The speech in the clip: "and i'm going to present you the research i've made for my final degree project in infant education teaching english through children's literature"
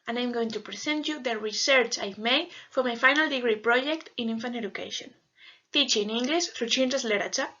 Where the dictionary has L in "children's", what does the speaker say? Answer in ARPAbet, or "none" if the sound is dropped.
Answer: N